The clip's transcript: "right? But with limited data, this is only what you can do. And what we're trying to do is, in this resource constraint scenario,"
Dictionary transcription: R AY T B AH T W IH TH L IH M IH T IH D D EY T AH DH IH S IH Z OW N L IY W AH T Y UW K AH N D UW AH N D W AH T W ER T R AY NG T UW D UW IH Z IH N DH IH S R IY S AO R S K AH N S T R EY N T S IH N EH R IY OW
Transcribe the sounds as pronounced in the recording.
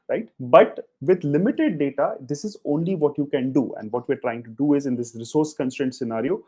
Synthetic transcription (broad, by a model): R AY T B AH T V IH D L IH M IH T IH D D EY T AH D IH S IH Z OW N L IY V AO T Y UW K AH N D UW AH N D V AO T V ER T R AY NG T UW D UW IH Z IH N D IH S R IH S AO R S K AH N S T EY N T S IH N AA R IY OW